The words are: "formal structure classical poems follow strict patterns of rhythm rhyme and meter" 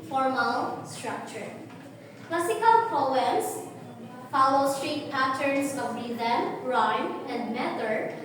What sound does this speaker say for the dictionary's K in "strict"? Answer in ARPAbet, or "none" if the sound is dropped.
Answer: none